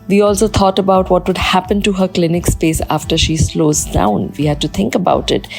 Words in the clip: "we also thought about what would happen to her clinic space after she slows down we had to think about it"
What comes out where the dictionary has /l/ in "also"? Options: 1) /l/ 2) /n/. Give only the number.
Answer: 1